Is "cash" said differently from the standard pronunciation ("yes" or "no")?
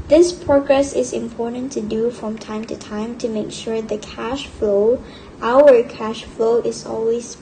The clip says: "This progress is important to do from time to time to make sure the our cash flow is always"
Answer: no